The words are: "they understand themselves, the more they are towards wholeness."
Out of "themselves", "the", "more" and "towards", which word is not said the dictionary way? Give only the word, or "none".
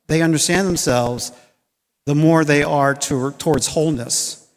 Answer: none